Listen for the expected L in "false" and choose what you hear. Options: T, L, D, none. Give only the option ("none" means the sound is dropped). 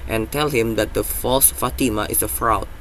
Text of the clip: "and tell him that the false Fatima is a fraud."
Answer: L